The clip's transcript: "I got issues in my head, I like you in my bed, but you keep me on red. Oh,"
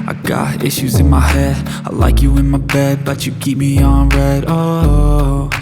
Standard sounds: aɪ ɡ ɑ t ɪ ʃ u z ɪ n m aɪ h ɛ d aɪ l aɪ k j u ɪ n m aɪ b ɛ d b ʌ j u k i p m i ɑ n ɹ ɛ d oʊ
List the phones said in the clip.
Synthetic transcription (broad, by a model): aɪ ɡ ɑ t ɪ ʃ u z ɪ n m aɪ h ɛ d aɪ l aɪ k j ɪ ɪ n m aɪ b ɛ d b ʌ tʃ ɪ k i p m i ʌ n ɹ ɛ d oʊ